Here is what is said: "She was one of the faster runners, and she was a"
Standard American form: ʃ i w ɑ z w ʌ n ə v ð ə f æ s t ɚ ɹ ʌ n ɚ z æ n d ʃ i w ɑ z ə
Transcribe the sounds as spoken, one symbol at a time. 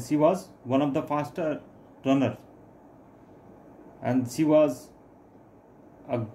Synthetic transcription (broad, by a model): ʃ i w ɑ z w ʌ n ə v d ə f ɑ s t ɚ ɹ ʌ n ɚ æ n d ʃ i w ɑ z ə